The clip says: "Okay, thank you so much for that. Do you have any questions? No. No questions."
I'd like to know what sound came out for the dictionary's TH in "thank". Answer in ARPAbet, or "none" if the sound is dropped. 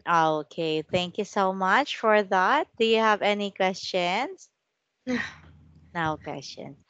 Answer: TH